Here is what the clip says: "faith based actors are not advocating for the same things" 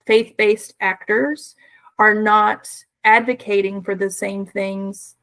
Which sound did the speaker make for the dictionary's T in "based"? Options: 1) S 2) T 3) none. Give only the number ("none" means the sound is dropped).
2